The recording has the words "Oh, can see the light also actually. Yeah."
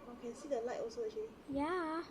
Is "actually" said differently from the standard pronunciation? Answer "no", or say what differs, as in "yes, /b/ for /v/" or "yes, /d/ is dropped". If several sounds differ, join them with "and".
yes, /k/ is dropped